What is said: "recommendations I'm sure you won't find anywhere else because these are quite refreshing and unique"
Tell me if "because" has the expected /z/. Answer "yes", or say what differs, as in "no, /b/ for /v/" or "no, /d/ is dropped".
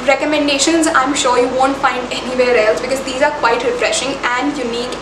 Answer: yes